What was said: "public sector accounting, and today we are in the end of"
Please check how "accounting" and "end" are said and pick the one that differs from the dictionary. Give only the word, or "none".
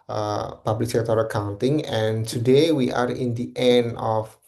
end